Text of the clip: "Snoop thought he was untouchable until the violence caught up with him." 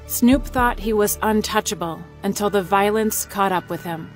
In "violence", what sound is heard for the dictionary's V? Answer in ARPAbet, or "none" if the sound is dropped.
V